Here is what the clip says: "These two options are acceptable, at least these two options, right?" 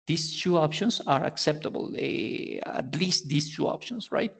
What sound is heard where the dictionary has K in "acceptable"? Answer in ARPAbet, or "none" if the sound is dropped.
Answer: K